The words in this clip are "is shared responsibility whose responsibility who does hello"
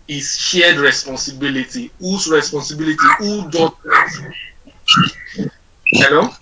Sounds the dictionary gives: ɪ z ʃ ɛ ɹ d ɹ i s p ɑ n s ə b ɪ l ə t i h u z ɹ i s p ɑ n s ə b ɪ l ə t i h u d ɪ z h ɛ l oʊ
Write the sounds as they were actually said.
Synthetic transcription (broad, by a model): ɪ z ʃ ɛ d ɹ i s p ɑ n s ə b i l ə t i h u s ɹ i s p ɑ n s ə b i l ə t i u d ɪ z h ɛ l oʊ